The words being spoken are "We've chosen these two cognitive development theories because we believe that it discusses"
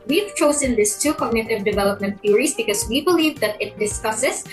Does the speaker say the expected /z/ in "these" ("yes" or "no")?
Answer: no